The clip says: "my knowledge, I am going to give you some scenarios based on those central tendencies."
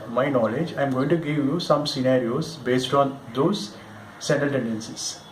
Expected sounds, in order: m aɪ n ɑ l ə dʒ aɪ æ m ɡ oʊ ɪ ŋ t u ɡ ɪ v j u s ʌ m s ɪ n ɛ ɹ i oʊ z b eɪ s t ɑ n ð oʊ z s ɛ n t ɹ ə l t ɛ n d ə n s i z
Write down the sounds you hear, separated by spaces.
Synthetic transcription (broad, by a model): m aɪ n ɑ l ə dʒ aɪ m ɡ oʊ ɪ ŋ t u ɡ ɪ v j u s ʌ m s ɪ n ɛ ɹ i oʊ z b eɪ s t ɑ n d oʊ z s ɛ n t ə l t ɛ n d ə n s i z